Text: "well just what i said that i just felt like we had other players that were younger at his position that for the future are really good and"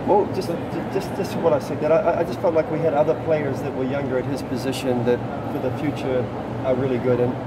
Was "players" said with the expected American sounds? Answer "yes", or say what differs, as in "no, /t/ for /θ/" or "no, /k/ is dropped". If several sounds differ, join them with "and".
yes